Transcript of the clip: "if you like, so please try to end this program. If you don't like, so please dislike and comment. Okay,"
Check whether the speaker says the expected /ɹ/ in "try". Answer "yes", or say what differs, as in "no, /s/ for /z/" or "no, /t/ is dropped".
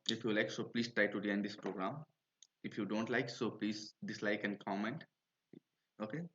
yes